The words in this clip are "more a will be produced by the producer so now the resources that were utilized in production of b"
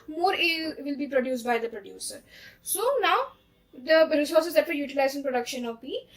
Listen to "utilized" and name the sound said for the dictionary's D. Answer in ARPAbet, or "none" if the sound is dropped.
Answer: none